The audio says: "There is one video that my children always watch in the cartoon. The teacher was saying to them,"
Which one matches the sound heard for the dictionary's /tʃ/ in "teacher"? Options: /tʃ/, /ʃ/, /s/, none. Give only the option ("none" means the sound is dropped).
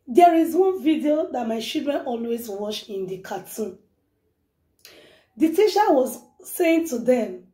/ʃ/